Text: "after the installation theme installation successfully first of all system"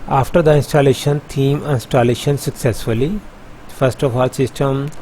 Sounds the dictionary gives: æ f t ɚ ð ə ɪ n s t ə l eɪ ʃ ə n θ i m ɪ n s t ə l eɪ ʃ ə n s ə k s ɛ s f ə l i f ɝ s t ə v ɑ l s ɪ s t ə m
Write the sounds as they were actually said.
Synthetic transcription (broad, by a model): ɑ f t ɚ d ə ɪ n s t ə l eɪ ʃ ə n t i m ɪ n s t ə l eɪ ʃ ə n s ə k s ɛ s f ə l i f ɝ s t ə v ɑ l s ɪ s t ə m